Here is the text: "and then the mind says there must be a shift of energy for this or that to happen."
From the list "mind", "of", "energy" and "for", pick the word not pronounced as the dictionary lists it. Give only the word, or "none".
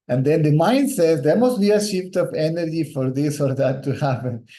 of